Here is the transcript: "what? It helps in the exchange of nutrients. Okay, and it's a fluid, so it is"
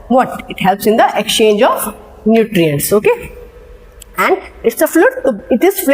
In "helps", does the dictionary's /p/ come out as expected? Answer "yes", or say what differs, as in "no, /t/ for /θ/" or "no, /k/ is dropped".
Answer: yes